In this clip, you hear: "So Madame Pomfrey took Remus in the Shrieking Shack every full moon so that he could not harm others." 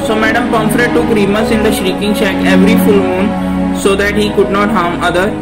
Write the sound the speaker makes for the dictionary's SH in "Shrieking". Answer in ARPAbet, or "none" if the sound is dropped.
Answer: SH